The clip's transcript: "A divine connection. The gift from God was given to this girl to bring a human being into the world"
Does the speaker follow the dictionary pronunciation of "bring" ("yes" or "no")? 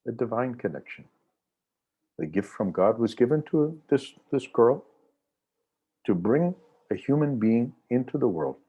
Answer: yes